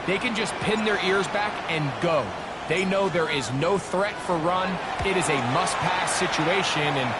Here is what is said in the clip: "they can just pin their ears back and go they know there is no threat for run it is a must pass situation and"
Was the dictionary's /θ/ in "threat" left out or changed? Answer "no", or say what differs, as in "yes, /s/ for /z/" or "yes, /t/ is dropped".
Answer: no